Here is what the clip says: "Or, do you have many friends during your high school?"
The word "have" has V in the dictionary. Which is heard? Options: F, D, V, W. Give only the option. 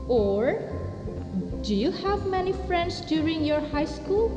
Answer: V